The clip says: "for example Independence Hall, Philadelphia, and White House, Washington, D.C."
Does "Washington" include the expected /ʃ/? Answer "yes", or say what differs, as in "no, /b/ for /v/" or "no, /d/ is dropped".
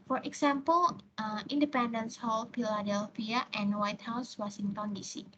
no, /s/ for /ʃ/